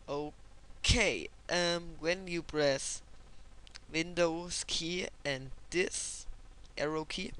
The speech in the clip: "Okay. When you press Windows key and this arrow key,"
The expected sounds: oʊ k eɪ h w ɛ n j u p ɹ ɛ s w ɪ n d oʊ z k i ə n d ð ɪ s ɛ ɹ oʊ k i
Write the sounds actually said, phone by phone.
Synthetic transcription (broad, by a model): oʊ k eɪ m w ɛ n j u b ɹ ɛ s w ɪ n d oʊ s k i ə n d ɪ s ɛ ɹ oʊ k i